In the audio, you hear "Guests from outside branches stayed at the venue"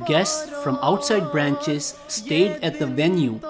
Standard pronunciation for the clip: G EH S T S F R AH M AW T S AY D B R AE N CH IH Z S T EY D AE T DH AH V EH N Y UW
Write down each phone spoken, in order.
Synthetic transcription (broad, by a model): G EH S S F R AH M AW T S AY D B R AE N CH IH Z S T EY D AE T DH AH V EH N Y UW